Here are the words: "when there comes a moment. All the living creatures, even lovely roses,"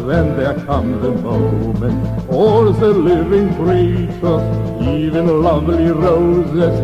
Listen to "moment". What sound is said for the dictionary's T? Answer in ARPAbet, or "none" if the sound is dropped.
none